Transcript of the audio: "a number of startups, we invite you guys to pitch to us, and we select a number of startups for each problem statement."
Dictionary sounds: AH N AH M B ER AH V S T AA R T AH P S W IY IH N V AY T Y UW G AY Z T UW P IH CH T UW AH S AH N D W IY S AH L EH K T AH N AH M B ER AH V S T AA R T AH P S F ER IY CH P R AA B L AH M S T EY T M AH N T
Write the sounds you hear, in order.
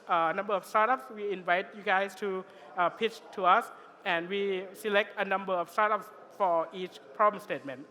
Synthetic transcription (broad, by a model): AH N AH M B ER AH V S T AA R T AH P S W IY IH N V AY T Y UW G AY S T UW P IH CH T UW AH S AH N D W IY S AH L EH K T AH N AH M B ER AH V S T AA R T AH P S F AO IY CH P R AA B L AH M S T EY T M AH N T